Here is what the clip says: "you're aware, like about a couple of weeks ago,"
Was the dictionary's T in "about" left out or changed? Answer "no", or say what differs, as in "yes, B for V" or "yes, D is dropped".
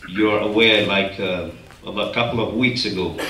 yes, T is dropped